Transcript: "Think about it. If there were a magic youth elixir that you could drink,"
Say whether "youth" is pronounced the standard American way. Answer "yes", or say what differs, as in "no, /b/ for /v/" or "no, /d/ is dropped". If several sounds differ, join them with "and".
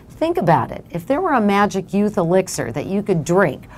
yes